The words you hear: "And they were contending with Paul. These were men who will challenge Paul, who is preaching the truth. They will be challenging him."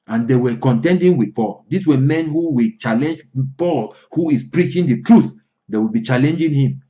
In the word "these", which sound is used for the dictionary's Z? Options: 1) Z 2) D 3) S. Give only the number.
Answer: 3